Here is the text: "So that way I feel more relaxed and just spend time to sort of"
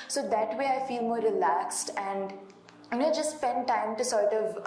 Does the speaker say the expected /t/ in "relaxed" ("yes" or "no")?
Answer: yes